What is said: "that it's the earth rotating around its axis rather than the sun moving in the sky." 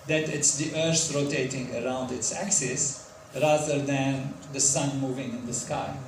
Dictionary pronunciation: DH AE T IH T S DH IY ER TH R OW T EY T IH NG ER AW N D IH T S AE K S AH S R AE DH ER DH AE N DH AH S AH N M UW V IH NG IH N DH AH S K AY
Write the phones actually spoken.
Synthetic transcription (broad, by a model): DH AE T IH T S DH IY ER S R OW T EY T IH NG ER AW N D IH T S AE K S AH S R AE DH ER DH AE N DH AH S AH N M UW V IH NG IH N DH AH S K AY